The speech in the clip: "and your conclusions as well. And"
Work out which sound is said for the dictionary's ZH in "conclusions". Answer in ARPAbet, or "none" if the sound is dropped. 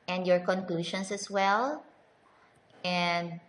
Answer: SH